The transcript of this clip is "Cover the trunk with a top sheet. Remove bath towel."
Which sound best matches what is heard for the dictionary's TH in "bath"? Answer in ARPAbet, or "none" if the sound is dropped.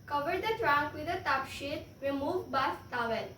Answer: S